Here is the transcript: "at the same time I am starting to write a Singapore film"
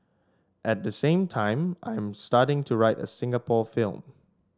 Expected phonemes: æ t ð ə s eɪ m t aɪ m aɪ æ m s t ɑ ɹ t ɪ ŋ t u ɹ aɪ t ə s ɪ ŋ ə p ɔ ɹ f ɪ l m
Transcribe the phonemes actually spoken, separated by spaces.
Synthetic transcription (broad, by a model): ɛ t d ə s eɪ m t aɪ m aɪ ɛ m s t ɑ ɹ t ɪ ŋ t u ɹ aɪ t ə s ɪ ŋ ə p ɔ f ɪ l m